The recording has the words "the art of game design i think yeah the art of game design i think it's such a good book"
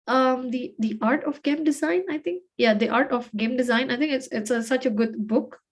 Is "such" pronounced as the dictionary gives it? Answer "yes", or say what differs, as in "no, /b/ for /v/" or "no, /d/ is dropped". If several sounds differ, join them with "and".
yes